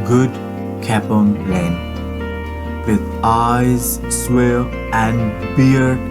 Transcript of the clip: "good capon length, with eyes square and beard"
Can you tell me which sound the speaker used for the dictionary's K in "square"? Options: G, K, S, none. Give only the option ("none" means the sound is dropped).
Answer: none